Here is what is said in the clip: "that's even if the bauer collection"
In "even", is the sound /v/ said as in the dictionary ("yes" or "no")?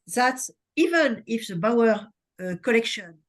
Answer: yes